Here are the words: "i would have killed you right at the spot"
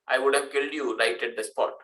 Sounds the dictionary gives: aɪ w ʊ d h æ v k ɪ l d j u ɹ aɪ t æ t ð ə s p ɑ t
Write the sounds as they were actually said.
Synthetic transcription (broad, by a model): aɪ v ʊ d h æ v k ɪ l d j u ɹ aɪ t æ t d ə s p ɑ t